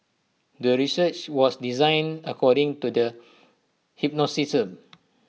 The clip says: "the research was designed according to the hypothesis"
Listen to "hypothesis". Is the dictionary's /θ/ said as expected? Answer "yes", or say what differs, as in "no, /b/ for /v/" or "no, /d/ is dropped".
no, /s/ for /θ/